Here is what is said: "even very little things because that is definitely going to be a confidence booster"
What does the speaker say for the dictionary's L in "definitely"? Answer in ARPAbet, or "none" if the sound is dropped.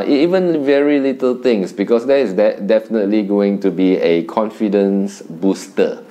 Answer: L